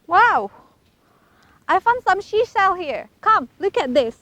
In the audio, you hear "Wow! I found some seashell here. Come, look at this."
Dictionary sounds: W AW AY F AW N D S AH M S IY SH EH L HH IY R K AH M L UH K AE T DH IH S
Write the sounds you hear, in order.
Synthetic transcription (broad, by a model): W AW AY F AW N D S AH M SH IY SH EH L HH IY R K AH M L UH K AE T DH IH S